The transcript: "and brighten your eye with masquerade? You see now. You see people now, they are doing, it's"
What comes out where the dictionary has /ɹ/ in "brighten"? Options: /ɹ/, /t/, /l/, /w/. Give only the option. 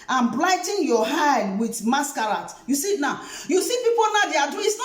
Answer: /l/